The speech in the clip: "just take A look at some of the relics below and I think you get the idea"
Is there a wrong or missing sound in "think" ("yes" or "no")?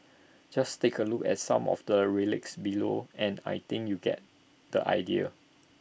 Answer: yes